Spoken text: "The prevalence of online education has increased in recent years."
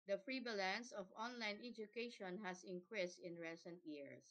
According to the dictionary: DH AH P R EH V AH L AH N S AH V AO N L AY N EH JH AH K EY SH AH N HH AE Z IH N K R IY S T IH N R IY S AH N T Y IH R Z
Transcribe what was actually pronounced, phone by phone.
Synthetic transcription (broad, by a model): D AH F R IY B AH L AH N S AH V AO N L AY N EH JH AH K EY SH AH N HH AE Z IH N K R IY S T IH N R IY S AH N T Y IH R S